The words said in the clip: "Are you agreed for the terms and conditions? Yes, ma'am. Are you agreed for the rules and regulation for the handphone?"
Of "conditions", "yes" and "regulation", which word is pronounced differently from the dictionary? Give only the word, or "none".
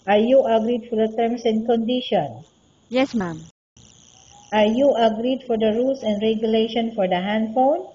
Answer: conditions